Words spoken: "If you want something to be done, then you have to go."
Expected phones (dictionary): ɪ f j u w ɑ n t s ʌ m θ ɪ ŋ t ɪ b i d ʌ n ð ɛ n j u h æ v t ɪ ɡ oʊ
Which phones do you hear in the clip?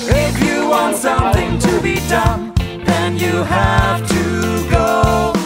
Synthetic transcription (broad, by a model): ɪ f j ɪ w ɑ n t s ʌ m θ ɪ ŋ t ɪ b i d ʌ n ð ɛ n j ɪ h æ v t ɪ ɡ oʊ